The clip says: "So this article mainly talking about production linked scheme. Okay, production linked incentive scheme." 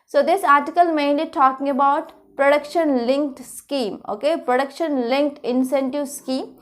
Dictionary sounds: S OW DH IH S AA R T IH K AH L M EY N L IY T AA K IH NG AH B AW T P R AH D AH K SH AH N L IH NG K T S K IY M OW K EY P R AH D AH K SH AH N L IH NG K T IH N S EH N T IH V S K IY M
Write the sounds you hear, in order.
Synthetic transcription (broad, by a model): S OW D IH S AA R T IH K AH L M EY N IY T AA K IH NG AH B AW T P R AH D AH K SH AH N L IH NG K T S K IY M OW K EY P R AH D AH K SH AH N L IH NG K T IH N S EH N T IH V S K IY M